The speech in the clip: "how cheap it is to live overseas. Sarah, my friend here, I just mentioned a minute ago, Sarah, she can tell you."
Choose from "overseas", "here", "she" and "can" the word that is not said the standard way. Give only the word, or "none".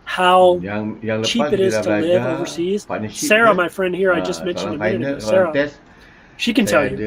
none